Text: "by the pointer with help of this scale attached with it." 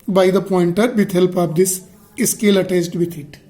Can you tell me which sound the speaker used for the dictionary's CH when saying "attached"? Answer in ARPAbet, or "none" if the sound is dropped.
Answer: S